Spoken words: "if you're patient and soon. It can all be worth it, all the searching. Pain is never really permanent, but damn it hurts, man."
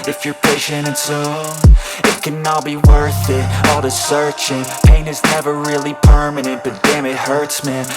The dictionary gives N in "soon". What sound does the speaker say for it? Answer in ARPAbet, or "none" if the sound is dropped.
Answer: none